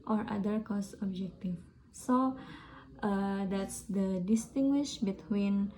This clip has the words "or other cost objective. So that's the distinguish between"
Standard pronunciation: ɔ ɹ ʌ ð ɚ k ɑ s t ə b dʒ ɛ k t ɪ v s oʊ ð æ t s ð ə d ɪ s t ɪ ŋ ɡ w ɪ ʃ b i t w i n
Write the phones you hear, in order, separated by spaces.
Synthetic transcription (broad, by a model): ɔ ɹ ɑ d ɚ k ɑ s ə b dʒ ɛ k t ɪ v s oʊ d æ t s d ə d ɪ s t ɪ ŋ ɡ w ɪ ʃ b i t w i n